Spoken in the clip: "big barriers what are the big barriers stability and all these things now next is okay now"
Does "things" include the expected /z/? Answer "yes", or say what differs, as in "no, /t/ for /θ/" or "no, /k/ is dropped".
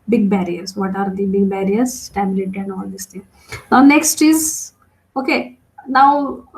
no, /z/ is dropped